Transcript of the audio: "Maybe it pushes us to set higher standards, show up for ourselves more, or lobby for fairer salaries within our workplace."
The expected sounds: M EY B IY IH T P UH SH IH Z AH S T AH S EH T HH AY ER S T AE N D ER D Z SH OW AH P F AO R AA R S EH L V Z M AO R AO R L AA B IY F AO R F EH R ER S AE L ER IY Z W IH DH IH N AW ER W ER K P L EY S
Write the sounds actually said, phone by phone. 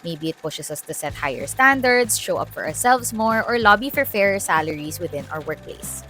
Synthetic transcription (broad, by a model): M EY B IY IH T P UH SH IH S AH S T AH S EH T HH AY ER S T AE N D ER D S SH OW AH P F AO R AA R S EH L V S M AO R AO R L AA B IY F AO R F EH R ER S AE L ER IY S W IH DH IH N AW ER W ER K P L EY S